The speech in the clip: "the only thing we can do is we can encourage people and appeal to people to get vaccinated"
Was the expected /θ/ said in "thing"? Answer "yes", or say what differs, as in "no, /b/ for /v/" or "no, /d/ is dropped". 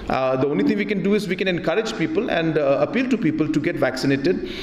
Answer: no, /t/ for /θ/